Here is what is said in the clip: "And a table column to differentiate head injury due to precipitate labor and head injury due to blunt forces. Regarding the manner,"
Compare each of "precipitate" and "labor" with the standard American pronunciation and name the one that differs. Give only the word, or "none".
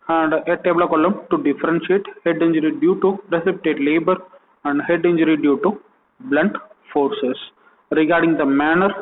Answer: none